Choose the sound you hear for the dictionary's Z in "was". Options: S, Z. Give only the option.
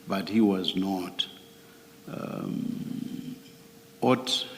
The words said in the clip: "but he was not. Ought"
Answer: Z